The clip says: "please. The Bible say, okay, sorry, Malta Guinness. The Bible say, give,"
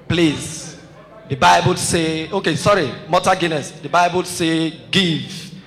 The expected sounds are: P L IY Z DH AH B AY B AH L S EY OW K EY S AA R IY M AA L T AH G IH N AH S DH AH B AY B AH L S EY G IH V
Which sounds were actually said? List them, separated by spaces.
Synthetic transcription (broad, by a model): P L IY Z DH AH B AY B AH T S EY OW K EY S AA R IY M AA T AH G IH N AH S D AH B AY B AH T S EY G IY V